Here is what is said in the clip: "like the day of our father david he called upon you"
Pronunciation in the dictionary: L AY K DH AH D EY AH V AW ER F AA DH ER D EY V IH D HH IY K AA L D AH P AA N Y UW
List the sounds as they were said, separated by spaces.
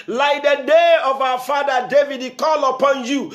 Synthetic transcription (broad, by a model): L AY K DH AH D EY AH V AW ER F AA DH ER D EY V IH D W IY K AA L AH P AA N Y UW